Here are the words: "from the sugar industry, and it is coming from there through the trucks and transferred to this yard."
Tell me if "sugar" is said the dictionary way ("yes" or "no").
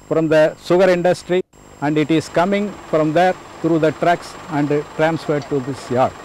no